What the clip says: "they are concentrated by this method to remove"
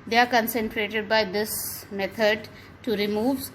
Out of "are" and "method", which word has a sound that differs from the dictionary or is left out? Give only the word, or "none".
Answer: method